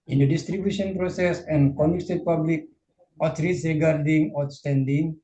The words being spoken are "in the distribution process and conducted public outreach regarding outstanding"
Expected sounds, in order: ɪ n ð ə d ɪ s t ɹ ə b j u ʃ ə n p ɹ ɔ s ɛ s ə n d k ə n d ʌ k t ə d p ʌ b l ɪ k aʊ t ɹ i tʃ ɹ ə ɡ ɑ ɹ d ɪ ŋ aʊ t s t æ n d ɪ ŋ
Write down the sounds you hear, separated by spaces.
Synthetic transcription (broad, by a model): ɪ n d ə d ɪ s t ɹ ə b j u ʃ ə n p ɹ ɔ s ɛ s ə n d k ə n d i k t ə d p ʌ b l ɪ k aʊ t ɹ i s ɹ ə ɡ ɑ ɹ d ɪ ŋ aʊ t s t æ n d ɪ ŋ